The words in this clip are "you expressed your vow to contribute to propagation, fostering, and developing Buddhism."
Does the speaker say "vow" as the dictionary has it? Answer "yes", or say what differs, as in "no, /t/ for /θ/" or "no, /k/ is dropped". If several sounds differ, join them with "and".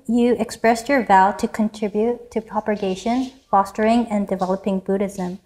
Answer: yes